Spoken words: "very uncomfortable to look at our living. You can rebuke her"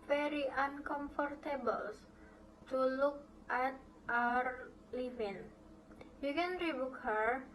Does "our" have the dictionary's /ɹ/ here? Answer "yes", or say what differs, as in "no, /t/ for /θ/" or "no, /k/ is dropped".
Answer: yes